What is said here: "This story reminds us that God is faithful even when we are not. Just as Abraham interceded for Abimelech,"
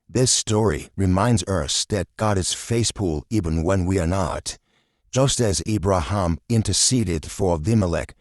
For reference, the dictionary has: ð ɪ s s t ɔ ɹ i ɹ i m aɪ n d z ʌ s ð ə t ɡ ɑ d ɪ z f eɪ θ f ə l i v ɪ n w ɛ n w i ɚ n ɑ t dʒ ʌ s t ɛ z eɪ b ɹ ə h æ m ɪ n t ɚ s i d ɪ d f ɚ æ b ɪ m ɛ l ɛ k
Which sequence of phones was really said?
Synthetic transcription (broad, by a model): ð ɪ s s t ɔ ɹ i ɹ i m aɪ n d z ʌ s ð ə t ɡ ɑ d ɪ z f eɪ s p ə l i v ɪ n w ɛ n w i ɚ n ɑ t dʒ ʌ s t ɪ z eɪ b ɹ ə h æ m ɪ n t ɚ s i d ɪ d f ɚ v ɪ m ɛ l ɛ k